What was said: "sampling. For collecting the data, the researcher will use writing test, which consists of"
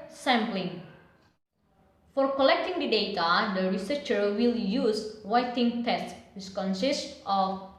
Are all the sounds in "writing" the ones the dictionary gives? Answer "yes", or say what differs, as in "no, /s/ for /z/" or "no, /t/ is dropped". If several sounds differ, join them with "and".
no, /w/ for /ɹ/